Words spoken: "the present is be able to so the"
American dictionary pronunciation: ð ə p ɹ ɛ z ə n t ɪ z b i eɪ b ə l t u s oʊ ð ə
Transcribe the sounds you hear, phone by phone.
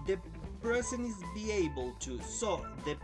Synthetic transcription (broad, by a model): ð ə p ɹ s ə n ɪ z b i eɪ b ə l t u s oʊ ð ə